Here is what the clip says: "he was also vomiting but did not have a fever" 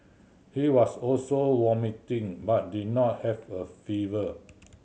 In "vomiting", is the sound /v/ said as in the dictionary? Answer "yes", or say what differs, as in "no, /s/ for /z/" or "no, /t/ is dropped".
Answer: no, /w/ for /v/